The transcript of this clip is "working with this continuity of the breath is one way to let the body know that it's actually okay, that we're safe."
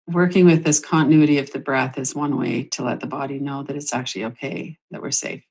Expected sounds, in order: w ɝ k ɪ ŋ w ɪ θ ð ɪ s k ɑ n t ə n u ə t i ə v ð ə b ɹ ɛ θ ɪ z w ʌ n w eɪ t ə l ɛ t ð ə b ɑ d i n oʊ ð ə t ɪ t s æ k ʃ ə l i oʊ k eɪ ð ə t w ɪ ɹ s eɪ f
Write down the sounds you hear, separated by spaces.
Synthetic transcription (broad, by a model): w ɝ k ɪ ŋ w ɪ ð ɪ s k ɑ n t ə n u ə t i ə v ð ə b ɹ ɛ θ ɪ z w ʌ n w eɪ t ə l ɛ t ð ə b ɑ d i n oʊ ð ə t ɪ t s æ k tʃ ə l i oʊ k eɪ ð ə t w ɪ ɹ s eɪ f